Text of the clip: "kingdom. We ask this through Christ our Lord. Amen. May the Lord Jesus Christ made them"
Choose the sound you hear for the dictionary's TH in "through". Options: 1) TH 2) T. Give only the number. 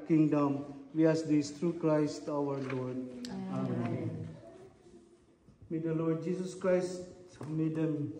2